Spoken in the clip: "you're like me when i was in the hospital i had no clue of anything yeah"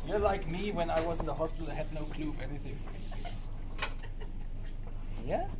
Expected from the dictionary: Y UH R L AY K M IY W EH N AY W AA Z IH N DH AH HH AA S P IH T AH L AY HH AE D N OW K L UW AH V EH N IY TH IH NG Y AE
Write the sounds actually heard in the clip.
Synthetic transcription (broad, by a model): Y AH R L AY K M IY W EH N AY W AA Z IH N DH AH HH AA S P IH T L AY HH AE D N OW K L UW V EH N IY TH IH NG Y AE